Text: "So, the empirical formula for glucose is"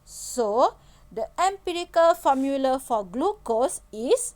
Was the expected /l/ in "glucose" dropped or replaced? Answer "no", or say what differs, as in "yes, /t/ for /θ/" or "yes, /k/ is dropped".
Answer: no